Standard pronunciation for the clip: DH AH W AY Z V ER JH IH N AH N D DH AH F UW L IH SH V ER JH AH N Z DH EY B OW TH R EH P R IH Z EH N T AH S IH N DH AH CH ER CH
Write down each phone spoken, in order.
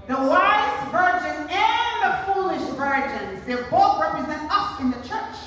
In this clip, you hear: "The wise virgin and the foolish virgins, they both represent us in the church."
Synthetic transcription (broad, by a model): DH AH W AY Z V ER JH IH N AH N DH AH F UW L IH SH V ER JH AH N Z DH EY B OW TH R EH P R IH Z EH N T AH S IH N DH AH CH ER CH